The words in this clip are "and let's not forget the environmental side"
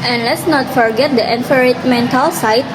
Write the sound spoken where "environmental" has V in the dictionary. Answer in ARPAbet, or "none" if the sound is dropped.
F